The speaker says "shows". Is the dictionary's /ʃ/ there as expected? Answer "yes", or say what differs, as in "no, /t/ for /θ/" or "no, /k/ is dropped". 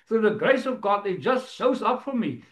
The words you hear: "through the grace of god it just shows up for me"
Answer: no, /s/ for /ʃ/